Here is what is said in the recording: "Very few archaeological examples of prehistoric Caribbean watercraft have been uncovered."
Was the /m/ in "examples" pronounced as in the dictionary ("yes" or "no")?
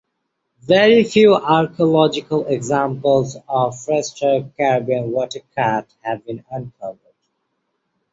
yes